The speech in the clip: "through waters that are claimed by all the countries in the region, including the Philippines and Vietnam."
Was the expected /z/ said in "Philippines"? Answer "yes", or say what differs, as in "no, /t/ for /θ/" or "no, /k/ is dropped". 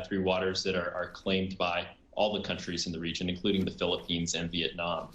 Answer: yes